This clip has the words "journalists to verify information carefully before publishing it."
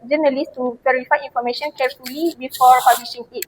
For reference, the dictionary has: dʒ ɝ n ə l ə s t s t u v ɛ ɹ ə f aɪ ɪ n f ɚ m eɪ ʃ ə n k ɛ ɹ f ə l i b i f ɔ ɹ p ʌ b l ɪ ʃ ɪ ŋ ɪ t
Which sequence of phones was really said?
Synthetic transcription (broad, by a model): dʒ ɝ n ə l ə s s t u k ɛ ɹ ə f aɪ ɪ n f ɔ m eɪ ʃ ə n k ɛ ɹ f ə l i b i f ɔ ɹ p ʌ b l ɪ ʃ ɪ ŋ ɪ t